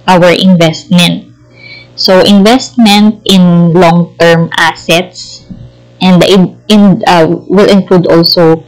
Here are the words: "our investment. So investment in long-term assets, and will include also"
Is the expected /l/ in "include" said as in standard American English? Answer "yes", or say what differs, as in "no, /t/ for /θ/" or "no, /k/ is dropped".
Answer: yes